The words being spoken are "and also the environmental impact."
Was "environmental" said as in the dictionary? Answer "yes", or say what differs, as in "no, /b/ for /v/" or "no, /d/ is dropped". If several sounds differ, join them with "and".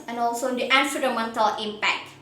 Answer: no, /f/ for /v/ and /n/ is dropped